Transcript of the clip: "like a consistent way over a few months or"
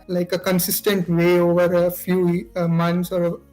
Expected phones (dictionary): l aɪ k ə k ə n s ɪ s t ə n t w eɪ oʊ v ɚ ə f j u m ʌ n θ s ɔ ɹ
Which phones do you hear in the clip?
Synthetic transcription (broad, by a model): l aɪ k ə k ə n s ɪ s t ə n t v eɪ oʊ v ɚ ə f j u m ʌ n s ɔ ɹ